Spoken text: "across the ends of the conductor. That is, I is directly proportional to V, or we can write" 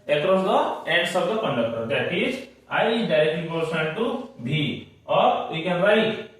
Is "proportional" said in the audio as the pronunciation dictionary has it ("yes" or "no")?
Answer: no